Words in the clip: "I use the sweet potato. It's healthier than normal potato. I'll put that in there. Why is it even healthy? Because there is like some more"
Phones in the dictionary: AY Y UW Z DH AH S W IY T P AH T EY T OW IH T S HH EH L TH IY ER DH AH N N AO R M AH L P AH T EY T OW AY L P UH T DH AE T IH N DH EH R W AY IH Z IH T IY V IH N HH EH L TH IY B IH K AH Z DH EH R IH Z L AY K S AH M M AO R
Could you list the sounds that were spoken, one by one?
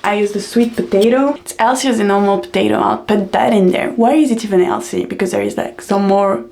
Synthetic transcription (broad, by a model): AY Y UW Z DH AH S W IY T P AH T EY T OW IH T S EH L S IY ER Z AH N N AO R M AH L P AH T EY T OW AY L P UH T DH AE T IH N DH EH R W AY IH Z IH T IY V IH N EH L S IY B IH K AH Z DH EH R IH Z L AY K S AH M M AO R